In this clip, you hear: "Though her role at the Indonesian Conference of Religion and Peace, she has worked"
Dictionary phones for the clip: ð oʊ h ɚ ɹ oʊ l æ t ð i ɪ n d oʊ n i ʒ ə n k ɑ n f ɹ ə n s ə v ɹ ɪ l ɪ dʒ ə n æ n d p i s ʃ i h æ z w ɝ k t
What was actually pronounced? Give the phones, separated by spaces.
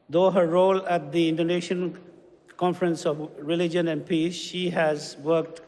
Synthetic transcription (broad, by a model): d oʊ h ɚ ɹ oʊ l æ t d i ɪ n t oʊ n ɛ ʃ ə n k ɑ n f ɹ ə n s ə v ɹ ɪ l ɪ dʒ ə n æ n d p i s ʃ i h æ z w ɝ k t